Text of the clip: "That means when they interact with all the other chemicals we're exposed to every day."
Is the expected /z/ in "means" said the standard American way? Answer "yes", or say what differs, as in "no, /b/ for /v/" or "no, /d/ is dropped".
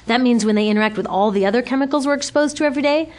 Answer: yes